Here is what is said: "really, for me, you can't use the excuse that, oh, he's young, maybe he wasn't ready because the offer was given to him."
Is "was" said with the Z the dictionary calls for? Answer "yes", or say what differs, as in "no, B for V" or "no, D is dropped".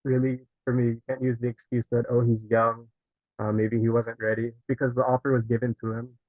yes